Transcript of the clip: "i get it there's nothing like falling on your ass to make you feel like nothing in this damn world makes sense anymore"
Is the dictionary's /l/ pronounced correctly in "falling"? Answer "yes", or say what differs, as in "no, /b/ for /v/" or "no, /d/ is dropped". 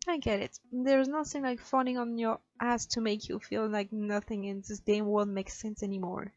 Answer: no, /n/ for /l/